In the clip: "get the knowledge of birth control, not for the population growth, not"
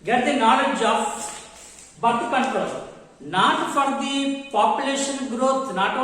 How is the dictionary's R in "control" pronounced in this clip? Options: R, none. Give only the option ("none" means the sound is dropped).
none